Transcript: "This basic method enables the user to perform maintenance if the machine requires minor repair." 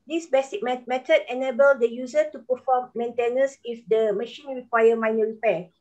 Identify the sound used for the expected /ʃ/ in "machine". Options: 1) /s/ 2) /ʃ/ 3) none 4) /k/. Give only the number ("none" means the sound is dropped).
2